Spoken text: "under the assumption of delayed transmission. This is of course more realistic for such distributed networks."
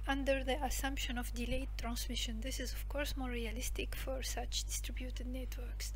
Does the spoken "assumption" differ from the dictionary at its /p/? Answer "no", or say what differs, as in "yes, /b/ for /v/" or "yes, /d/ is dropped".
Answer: no